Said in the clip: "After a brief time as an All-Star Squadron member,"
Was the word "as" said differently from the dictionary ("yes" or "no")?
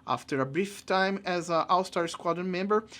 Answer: no